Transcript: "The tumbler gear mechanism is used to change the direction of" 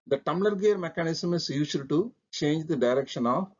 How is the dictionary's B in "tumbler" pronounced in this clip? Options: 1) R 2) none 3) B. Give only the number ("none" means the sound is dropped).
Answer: 2